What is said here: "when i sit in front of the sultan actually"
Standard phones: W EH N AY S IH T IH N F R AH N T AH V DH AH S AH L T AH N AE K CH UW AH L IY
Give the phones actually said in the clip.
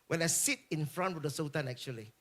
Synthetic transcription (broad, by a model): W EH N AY S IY T IH N F R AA N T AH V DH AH S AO T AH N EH K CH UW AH L IY